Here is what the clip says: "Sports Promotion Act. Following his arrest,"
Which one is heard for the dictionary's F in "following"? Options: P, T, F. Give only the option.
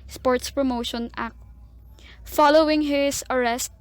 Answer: F